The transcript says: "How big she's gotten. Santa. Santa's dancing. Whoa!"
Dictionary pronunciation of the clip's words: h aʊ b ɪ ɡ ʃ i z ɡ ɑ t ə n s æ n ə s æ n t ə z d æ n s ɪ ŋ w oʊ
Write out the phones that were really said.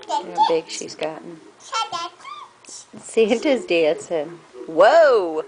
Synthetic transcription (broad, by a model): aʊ b ɪ ɡ ʃ i z ɡ ɑ t n ʃ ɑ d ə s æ n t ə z d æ s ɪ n w oʊ